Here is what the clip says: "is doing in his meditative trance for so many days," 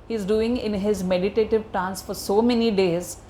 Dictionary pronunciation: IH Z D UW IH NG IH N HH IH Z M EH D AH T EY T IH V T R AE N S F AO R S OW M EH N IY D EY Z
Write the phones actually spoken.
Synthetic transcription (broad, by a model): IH Z D UW IH NG IH N HH IH Z M EH D AH T EY T IH V T AA N S F AO R S OW M EH N IY D EY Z